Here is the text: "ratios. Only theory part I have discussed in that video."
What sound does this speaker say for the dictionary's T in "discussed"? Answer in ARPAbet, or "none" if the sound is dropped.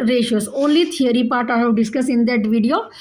none